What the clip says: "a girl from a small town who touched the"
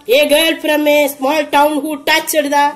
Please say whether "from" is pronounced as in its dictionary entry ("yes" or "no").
no